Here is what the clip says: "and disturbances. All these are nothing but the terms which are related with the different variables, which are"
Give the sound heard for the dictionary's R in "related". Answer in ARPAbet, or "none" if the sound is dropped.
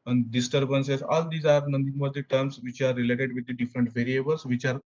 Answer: R